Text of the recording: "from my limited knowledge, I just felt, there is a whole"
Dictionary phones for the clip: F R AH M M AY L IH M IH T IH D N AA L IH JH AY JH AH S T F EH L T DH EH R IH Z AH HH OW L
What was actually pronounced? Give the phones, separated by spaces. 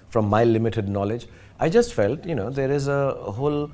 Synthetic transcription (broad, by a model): F R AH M M AY L IH M IH T IH D N AA L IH JH AY JH AH S T F EH L T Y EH R IH Z AH HH OW L